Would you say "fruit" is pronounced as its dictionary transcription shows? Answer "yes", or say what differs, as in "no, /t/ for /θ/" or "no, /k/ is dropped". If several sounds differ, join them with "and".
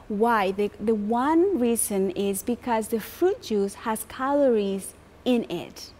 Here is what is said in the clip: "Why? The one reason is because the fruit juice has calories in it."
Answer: yes